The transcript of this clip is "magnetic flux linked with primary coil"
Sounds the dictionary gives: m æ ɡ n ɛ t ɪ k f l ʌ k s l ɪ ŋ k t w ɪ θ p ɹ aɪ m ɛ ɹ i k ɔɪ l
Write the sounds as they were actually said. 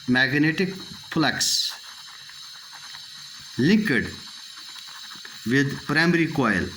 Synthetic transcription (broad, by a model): m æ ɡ n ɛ t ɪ k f l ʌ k s l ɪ k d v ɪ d p ɹ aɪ m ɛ ɹ i k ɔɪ l